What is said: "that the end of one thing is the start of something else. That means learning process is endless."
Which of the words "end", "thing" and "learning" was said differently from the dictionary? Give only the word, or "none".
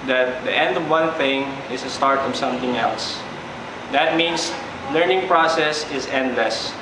none